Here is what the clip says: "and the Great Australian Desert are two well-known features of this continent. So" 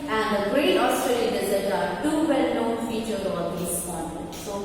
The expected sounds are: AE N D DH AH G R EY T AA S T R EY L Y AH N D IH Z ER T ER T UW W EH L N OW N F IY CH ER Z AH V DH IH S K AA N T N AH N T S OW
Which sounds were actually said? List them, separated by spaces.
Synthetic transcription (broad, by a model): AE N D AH G R EY T AA S T R EY L Y AH N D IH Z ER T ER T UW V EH L N OW N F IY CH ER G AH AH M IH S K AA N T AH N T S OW